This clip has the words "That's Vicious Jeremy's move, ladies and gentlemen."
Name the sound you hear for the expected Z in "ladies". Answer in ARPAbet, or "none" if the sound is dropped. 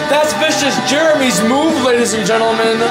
Z